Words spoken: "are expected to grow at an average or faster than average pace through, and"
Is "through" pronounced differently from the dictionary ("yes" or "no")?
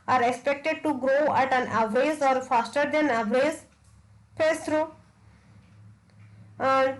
yes